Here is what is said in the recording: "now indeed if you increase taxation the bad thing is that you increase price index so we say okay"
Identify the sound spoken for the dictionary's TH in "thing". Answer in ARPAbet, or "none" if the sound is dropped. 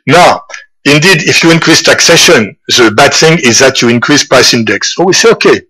TH